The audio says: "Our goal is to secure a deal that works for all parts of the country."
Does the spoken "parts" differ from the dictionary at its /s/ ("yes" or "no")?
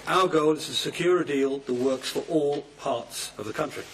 no